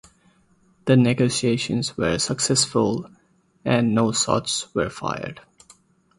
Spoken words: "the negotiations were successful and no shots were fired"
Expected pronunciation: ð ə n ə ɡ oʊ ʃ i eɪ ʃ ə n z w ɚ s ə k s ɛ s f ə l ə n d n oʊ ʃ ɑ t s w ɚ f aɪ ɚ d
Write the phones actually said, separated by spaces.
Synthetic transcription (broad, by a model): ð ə n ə ɡ oʊ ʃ i eɪ ʃ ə n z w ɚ s ə k s ɛ s f ə l ə n d n oʊ s ɑ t s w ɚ f aɪ ɚ d